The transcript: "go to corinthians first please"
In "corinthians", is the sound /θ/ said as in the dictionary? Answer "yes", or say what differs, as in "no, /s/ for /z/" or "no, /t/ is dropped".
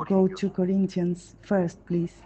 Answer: no, /t/ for /θ/